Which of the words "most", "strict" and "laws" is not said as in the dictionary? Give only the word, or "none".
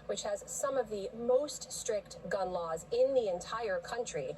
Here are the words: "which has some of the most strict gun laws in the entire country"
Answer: none